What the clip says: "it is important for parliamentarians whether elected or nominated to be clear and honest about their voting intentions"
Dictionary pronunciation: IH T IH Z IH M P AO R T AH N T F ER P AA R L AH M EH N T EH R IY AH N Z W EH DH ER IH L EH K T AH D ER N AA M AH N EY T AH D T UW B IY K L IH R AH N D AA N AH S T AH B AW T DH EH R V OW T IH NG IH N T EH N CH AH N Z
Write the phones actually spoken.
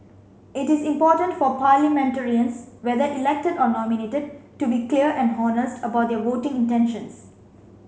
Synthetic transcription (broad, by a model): IH T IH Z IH M P AO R T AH N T F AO P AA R L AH M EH N T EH R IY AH N S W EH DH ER IH L EH K T AH D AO N AA M AH N EY T AH D T UW B IY K L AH R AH N D AA N AH S T AH B AW T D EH V OW T IH NG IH N T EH N SH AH N S